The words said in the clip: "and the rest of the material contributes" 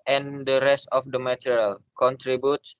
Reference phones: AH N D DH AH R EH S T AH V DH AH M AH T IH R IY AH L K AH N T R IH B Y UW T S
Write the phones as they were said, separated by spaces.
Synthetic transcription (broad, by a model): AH N D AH R EH S T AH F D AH M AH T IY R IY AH L K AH N T R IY B Y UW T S